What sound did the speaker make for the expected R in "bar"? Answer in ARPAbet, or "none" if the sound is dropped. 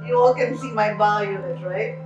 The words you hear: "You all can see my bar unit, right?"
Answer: L